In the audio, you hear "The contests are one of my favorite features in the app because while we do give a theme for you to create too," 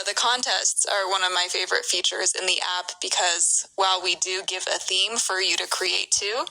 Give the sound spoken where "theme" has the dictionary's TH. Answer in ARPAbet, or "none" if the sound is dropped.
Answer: TH